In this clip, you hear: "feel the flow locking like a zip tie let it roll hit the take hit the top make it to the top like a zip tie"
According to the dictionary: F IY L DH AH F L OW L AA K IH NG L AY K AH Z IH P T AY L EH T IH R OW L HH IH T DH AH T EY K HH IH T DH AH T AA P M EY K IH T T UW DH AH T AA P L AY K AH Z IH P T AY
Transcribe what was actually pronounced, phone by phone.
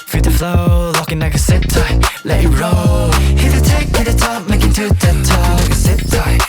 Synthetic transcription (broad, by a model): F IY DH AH F L OW L AA K IH NG L AY K AH S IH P T AY L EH IH R OW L HH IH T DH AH T EY K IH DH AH T AA P M EY K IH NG T UW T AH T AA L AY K AH S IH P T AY